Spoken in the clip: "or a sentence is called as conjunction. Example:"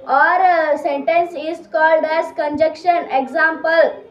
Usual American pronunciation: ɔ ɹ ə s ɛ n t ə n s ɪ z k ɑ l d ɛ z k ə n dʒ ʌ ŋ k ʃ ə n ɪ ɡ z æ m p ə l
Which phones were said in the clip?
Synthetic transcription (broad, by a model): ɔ ɹ s ɛ n t ə n s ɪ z k ɑ l d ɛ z k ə n dʒ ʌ k ʃ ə n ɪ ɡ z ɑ m p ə l